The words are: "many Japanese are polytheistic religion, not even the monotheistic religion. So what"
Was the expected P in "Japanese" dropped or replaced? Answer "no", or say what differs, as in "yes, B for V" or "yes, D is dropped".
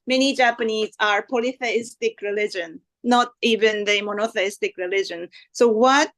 no